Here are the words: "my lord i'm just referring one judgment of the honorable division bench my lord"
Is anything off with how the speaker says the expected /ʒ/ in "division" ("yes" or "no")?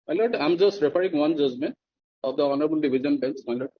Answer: yes